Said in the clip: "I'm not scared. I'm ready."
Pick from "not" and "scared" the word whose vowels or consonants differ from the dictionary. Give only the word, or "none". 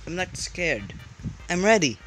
not